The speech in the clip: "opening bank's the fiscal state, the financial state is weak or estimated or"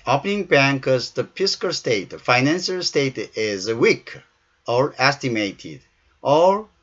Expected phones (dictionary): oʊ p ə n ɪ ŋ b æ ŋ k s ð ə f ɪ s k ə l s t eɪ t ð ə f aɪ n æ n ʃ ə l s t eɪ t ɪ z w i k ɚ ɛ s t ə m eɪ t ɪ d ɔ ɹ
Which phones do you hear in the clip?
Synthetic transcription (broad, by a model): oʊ p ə n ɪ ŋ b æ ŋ k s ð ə p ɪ s k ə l s t eɪ t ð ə f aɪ n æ n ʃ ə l s t eɪ t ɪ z w i k ɚ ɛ s t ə m eɪ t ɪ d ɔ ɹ